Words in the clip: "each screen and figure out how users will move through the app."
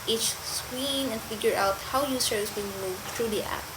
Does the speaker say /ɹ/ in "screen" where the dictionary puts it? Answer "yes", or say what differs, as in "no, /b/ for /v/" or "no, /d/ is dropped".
no, /w/ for /ɹ/